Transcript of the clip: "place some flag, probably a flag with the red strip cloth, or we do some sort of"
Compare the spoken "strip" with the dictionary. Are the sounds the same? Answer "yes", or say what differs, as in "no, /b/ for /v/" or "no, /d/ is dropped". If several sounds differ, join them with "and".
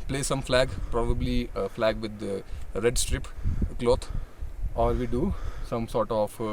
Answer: yes